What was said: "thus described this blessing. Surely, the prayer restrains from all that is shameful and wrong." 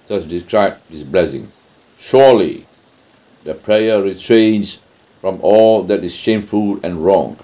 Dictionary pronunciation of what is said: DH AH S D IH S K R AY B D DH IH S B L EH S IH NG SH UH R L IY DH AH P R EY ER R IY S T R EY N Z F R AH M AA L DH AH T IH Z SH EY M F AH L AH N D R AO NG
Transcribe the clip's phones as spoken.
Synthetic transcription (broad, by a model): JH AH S D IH S K R AY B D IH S B L EH S IH NG SH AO L IY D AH P R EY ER R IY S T R EY N S F R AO M AA L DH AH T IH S SH EY M F AH L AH N R AO NG